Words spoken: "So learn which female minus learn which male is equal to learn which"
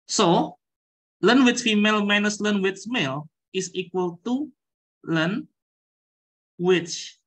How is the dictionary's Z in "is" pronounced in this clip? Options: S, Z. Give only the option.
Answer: S